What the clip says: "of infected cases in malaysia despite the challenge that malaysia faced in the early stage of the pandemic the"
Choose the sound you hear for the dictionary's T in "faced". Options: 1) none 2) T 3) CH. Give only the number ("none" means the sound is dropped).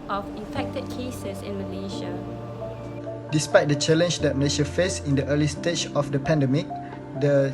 1